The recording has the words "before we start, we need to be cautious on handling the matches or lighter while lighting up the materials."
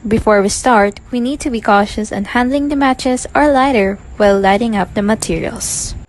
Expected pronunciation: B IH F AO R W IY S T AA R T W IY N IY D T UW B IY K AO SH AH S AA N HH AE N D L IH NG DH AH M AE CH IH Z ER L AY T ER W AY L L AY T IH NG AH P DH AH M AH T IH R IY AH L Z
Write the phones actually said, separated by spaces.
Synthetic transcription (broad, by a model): B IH F AO R W IY S T AA R T W IY N IY D T UW B IY K AO SH AH S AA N HH AE N D L IH NG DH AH M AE CH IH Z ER L AY T ER W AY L L AY T IH NG AH P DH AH M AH T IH R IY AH L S